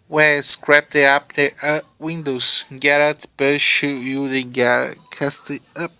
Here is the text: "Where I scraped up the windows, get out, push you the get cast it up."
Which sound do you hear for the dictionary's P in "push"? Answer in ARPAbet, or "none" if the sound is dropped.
B